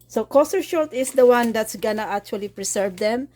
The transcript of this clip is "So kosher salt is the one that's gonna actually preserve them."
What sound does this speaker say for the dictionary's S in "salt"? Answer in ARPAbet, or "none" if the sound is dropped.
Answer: SH